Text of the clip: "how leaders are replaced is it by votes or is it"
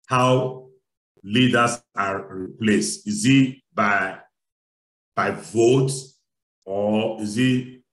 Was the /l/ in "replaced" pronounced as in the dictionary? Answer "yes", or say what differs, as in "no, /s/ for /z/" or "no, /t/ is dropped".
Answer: yes